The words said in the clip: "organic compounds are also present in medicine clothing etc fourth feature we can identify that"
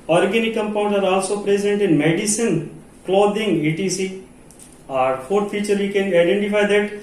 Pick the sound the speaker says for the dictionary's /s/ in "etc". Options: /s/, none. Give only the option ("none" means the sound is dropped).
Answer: none